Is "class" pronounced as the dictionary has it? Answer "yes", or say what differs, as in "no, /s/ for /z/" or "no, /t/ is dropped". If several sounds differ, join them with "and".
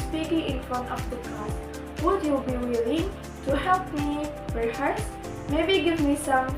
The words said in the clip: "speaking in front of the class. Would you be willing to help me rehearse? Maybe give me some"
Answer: no, /l/ is dropped